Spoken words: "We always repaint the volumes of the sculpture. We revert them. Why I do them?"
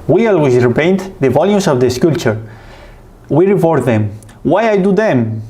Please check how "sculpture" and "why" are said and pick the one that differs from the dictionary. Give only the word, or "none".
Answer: sculpture